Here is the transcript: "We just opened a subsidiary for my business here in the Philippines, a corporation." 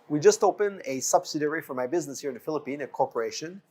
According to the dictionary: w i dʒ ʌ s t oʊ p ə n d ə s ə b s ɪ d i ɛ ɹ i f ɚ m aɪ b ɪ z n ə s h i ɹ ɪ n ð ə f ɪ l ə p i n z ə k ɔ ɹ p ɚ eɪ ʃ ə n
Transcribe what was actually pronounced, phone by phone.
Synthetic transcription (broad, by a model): w i dʒ ʌ s t oʊ p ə n ə s ə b s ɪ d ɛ ɹ i f ɚ m aɪ b ɪ z n ə s h i ɹ ɪ n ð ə f ɪ l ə p i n ə k ɔ ɹ p ɚ eɪ ʃ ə n